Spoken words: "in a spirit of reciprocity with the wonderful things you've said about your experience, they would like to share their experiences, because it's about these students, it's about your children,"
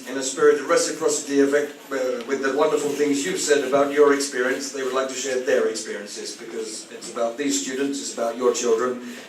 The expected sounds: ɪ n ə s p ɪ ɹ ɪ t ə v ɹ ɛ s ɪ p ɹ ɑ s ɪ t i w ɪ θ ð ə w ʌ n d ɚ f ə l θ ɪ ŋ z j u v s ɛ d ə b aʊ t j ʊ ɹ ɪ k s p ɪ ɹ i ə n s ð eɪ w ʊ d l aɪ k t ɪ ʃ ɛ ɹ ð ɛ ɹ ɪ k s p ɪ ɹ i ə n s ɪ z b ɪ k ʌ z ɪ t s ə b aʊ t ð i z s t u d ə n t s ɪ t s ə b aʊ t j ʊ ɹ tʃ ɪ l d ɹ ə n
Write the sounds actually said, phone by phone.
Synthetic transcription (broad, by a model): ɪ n ə s p ɪ ɹ ɪ t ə ɹ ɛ s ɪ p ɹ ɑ s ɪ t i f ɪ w ð ə w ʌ n d ɚ f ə l θ ɪ ŋ z j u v s ɛ d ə b aʊ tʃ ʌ ɹ ɪ k s p ɪ ɹ i ə n s ð eɪ w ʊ d l aɪ k t ɪ ʃ ɛ ɹ ð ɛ ɹ ɪ k s p ɪ ɹ i ə n s ɪ z b ɪ k ʌ z ɪ t s ə b aʊ t ð i z s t u d n t s ɪ t s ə b aʊ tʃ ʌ ɹ tʃ ɪ l d ɹ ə n